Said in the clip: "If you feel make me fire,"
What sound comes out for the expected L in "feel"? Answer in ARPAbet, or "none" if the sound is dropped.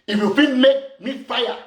N